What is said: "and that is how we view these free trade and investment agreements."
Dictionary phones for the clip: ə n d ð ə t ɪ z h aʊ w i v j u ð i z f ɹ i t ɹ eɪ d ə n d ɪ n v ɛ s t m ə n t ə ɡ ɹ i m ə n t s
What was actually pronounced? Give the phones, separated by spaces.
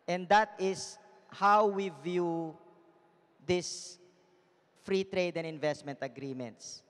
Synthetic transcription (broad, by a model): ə n d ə t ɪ s h aʊ w i v j u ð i s f ɹ i t ɹ eɪ d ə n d ɪ n v ɛ s t m ə n t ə ɡ ɹ i m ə n t s